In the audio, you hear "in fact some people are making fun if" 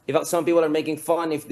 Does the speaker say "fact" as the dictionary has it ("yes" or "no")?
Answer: no